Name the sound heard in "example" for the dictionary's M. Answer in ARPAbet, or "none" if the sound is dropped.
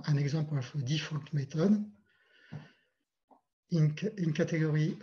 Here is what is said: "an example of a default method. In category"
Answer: none